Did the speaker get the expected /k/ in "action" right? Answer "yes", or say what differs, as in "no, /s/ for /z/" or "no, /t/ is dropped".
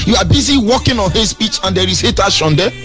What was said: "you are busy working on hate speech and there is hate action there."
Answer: no, /k/ is dropped